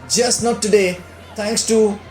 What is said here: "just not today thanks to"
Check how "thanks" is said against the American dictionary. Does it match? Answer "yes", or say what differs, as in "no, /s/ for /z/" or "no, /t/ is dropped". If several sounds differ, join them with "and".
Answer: no, /t/ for /θ/